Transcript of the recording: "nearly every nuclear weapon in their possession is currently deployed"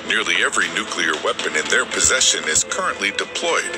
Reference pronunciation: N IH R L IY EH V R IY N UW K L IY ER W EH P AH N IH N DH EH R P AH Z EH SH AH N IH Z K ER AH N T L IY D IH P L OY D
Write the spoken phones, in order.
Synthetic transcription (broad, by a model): N IH R L IY EH V R IY N UW K L IY ER W EH P AH N IH N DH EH R P AH Z EH SH AH N IH Z K ER AH N T L IY D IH P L OY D